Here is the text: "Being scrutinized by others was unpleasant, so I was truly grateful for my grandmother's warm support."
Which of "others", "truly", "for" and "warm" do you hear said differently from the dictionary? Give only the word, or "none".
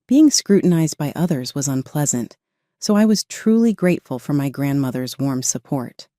none